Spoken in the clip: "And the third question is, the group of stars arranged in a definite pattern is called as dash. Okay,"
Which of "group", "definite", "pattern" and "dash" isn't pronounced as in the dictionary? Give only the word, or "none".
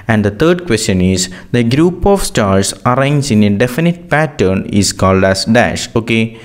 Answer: none